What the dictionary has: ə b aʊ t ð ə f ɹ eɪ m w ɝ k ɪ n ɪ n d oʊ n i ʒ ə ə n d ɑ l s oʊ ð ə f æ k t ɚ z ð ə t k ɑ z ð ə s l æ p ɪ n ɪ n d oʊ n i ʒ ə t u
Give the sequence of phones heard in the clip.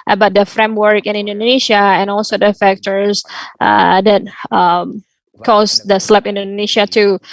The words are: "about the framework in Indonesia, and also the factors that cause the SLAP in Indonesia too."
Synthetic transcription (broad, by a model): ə b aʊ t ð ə f ɹ eɪ m w ɝ k ɪ n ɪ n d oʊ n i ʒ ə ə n ɑ l s oʊ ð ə f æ k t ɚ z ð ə t k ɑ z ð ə s l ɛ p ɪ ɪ n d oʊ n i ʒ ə t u